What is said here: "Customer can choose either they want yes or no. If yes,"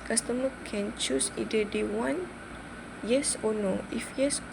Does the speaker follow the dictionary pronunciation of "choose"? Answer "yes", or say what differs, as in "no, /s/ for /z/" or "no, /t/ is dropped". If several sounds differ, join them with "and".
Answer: no, /s/ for /z/